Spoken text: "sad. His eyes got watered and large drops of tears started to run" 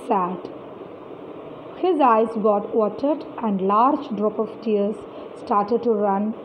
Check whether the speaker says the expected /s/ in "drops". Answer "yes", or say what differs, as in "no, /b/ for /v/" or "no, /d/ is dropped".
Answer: no, /s/ is dropped